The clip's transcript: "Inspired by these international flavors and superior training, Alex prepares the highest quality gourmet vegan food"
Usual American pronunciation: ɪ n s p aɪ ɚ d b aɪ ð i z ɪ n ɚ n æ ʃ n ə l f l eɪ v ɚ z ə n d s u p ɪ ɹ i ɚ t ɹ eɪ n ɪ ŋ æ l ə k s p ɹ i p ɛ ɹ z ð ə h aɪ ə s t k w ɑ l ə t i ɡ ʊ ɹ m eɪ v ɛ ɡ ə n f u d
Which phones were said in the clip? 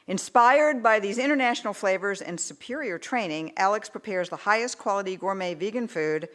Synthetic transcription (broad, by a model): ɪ n s p aɪ ɚ d b aɪ ð i z ɪ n ɚ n æ ʃ n l f l eɪ v ɚ z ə n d s u p ɪ ɹ i ɚ t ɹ eɪ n ɪ ŋ æ l ə k s p ɹ i p ɛ ɹ z ð ə h aɪ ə s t k w ɑ l ə t i ɡ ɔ ɹ m eɪ v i ɡ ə n f u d